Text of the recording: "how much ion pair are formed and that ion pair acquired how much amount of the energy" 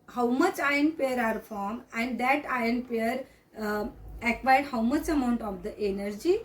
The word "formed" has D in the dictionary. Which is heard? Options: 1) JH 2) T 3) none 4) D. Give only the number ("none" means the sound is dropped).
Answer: 3